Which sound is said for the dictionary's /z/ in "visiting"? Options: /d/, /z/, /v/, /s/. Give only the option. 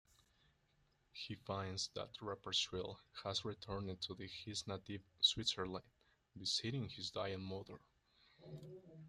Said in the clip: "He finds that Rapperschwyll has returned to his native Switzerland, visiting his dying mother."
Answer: /s/